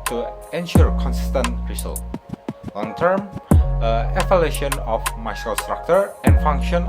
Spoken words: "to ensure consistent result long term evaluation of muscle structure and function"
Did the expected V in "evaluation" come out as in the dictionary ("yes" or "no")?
no